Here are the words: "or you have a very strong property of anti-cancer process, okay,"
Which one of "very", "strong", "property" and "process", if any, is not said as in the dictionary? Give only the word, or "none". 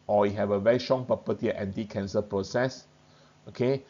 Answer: property